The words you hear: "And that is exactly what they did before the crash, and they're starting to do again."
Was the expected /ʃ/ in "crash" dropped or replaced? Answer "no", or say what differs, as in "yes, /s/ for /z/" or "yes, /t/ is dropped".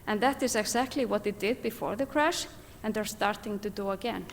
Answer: no